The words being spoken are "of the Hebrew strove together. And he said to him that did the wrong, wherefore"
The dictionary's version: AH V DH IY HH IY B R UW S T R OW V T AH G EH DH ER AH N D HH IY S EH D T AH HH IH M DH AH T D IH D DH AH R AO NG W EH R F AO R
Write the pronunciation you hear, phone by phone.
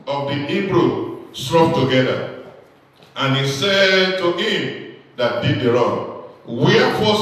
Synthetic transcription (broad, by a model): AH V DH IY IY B R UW S T R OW P T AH G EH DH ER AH N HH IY S EH D T AH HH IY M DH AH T D IH D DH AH R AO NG W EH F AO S